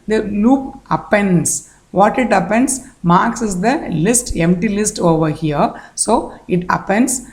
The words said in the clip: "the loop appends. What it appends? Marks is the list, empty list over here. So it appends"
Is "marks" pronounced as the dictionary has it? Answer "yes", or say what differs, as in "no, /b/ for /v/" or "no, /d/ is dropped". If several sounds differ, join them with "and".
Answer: yes